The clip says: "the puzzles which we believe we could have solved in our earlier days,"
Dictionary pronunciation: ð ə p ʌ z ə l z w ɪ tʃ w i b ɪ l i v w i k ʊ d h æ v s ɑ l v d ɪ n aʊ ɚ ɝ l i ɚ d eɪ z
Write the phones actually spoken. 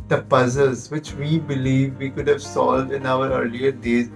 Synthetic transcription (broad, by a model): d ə p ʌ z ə l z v ɪ tʃ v i b ɪ l i v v i k ʊ d h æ v s ɑ l v d ɪ n aʊ ɚ ɝ l i ɚ d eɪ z